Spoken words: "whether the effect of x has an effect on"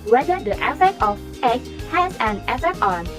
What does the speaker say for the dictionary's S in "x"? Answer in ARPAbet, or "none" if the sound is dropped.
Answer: none